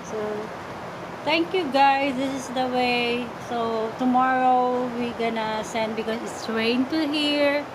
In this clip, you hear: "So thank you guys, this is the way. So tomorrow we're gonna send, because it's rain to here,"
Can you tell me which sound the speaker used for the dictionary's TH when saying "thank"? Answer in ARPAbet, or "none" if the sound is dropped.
T